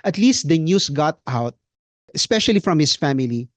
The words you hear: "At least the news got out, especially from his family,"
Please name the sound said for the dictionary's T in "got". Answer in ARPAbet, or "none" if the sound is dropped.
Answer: T